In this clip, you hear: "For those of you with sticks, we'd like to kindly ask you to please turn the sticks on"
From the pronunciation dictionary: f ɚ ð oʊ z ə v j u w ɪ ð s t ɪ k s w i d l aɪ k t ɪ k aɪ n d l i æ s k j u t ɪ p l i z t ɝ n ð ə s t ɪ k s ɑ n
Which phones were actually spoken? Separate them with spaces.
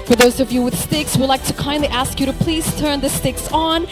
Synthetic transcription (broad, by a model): f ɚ ð oʊ z ə v j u w ɪ ð s t ɪ k s w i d l aɪ k t ɪ k aɪ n d l i æ s k j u t ɪ p l i z t ɝ n ð ə s t ɪ k s n